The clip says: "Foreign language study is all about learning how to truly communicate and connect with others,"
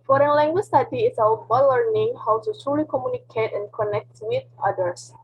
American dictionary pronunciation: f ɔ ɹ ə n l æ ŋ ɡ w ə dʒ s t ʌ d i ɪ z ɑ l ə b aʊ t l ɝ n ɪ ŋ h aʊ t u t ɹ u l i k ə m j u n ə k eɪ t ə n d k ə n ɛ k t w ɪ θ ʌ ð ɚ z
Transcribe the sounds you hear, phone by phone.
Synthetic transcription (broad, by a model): f ɔ ɹ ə n l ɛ ŋ ɡ w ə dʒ s t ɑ d i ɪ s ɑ w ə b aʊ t l ɝ n ɪ ŋ h aʊ t u t ɹ u l i k ə m j u n ə k eɪ t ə n k ə n ɛ k t w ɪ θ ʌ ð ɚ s